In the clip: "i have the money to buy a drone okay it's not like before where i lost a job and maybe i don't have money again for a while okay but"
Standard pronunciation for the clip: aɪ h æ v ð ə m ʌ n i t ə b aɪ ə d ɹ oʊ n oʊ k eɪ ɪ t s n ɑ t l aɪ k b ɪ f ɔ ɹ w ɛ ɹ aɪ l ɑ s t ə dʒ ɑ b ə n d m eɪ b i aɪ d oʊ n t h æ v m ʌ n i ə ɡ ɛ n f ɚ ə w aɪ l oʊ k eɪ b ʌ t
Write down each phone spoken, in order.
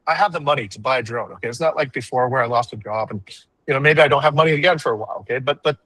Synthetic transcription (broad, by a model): aɪ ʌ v ð ə m ʌ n i t ə b aɪ ə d ɹ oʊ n oʊ k eɪ ɪ t s n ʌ t l aɪ k b ɪ f ɔ ɹ w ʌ ɹ aɪ l ɑ s t ə dʒ ɑ b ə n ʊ m eɪ b i aɪ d oʊ n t h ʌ v m ʌ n i ə ɡ ɛ n f ɚ ə w aɪ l oʊ k eɪ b ʌ t